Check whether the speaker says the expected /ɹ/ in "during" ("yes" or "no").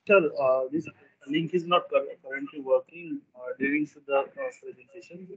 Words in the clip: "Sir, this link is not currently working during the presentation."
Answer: no